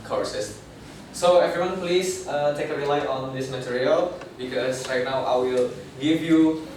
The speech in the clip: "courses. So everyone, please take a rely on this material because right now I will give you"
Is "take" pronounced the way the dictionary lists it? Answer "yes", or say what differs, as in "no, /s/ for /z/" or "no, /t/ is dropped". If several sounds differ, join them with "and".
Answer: yes